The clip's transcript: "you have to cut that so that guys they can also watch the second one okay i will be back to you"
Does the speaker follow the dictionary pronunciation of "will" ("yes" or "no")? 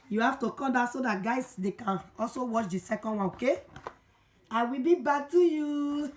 yes